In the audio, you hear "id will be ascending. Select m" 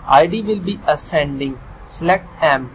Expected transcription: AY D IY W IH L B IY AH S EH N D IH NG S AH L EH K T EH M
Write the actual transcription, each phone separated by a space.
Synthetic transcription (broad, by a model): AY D IY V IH L B IY AH S EH N D IH NG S L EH T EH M